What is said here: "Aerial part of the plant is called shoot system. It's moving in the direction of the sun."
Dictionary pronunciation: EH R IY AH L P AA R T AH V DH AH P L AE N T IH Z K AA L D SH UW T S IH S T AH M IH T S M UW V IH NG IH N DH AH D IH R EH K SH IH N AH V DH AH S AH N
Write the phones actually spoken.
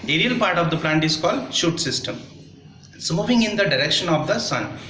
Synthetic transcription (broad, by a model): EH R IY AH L P AA R T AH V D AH P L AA N T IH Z K AA L D SH UW T S IH S T AH M S M UW V IH NG IH N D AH D IH R EH K SH IH N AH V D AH S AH N